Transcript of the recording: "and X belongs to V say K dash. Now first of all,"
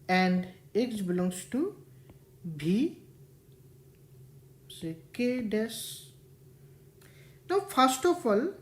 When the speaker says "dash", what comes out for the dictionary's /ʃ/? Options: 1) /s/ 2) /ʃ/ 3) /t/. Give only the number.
1